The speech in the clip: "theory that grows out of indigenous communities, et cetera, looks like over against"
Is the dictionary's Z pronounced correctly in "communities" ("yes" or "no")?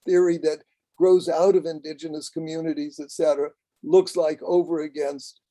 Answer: yes